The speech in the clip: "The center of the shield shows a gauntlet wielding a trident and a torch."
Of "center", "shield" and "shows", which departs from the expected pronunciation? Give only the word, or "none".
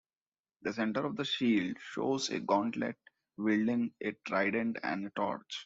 none